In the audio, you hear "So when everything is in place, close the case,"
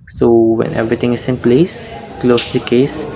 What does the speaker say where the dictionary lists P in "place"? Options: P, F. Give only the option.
P